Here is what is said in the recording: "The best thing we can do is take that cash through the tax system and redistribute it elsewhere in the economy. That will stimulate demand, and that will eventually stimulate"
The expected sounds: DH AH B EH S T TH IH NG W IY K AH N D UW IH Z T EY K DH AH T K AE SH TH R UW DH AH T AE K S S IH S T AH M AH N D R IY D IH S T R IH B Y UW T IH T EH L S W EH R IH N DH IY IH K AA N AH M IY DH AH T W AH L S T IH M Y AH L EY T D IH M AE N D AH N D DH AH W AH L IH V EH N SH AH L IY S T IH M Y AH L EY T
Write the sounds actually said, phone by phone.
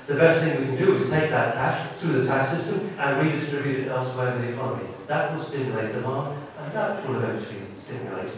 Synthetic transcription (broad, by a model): DH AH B EH S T TH IH NG W IY K AH N D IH IH Z T EY K DH AH T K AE SH TH R UW DH AH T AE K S S IH S T AH M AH N R IY D IH S T R IH B Y UW T IH T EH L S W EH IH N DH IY IH K AA N AH M IY DH AH T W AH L S T IH M Y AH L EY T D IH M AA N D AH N DH AH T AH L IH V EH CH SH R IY S T IH M Y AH L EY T